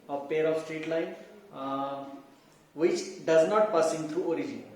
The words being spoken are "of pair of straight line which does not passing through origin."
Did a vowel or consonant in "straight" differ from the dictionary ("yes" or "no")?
no